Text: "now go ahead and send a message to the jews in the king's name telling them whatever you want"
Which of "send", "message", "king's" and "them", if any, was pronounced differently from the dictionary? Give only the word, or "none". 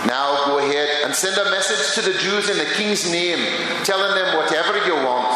none